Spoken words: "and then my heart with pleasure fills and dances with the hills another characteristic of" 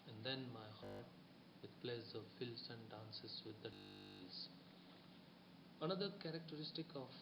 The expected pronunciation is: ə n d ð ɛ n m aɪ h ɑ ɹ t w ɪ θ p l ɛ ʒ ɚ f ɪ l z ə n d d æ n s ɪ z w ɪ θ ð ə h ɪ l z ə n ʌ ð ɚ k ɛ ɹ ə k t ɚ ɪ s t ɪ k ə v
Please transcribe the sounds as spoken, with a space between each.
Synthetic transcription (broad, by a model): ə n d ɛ n m aɪ h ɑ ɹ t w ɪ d p l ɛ z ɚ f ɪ l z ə n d d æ n s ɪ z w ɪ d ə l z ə n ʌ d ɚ k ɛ ɹ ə k t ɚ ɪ s t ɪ k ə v